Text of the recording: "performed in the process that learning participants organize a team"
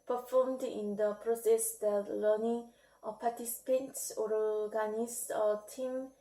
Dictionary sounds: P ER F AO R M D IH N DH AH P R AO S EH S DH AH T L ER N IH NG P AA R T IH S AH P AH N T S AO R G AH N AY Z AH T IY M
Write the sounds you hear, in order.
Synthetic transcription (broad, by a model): P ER F AO M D IH N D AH P R AO S EH S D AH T L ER N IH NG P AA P T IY S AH P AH N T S AO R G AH N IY S AH T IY M